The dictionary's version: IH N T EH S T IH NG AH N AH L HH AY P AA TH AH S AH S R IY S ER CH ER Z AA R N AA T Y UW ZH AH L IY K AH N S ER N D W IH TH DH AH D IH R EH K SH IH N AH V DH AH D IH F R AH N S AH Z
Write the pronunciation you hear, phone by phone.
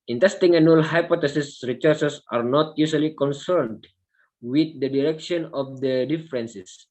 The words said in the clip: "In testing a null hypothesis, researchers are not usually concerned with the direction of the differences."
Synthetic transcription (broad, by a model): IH N T EH S T IH NG AH N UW L HH AY P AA T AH S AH S R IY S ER S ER S AA R N AA T Y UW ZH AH L IY K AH N S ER N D W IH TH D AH D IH R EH K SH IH N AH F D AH D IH F R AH N S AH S